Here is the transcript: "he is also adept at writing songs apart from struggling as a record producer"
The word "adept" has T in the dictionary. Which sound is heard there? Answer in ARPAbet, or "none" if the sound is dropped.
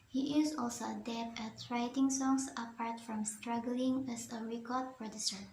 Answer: none